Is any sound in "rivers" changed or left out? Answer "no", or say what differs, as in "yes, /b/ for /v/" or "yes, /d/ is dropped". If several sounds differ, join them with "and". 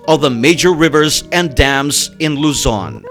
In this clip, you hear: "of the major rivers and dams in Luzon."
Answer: no